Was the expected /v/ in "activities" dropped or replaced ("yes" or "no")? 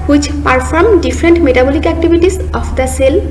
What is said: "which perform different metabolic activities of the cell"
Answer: yes